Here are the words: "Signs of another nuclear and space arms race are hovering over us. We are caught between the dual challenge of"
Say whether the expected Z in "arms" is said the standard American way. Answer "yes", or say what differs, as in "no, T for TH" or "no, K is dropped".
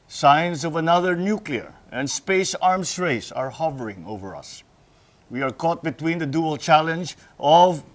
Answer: no, S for Z